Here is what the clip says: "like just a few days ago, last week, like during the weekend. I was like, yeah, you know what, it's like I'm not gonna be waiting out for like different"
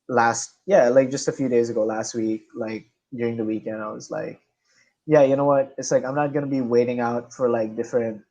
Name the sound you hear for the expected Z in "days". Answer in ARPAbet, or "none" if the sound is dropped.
Z